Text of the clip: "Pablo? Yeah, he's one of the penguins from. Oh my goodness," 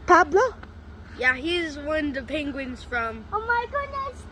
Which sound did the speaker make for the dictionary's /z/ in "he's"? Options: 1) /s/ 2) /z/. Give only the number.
2